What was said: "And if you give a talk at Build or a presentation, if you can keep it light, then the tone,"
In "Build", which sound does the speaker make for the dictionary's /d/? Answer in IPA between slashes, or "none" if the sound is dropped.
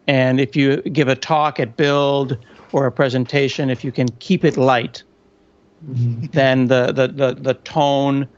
/d/